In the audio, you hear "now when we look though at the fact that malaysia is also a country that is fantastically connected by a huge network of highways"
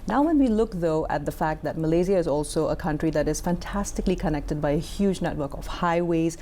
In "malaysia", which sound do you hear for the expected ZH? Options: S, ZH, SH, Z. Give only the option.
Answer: Z